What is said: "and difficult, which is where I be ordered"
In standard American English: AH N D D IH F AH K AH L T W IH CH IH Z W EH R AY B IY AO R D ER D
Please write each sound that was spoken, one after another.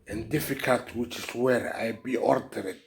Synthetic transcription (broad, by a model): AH N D D IH F AH K AH L T W IH CH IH S W EH R AY B IY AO R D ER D